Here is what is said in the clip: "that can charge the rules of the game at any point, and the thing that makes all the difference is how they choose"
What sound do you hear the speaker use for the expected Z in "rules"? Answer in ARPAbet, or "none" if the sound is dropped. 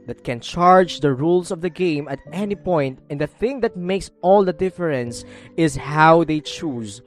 S